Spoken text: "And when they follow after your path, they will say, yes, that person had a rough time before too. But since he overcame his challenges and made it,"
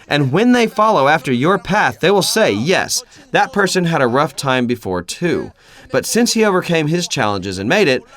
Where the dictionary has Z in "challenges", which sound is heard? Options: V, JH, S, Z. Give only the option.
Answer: Z